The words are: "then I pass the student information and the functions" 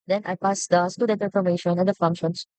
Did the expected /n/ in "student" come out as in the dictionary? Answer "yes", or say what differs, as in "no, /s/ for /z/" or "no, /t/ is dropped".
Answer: no, /n/ is dropped